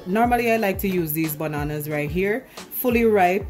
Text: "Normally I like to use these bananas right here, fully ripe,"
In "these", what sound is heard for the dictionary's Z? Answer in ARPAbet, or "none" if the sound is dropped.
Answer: Z